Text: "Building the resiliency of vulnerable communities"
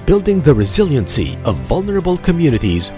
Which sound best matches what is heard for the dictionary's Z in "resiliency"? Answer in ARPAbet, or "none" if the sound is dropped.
Z